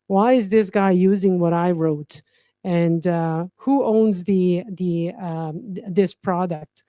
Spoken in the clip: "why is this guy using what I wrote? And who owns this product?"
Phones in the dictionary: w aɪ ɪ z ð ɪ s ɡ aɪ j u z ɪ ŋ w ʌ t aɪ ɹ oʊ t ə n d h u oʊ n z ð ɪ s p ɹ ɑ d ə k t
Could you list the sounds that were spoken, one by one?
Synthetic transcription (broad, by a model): w aɪ ɪ z ð ɪ s ɡ aɪ j u z ɪ ŋ w ʌ t aɪ ɹ oʊ t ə n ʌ h u oʊ n z ð ɪ s p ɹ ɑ d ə k t